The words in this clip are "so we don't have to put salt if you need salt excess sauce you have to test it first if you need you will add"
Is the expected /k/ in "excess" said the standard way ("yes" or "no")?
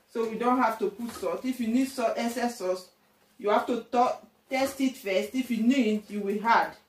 no